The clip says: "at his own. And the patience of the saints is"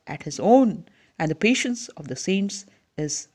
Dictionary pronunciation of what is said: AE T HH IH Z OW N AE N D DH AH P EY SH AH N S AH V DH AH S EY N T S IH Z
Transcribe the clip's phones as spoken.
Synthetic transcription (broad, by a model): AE T HH IH Z OW N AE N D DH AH P EY SH AH N S AH V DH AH S EY N T S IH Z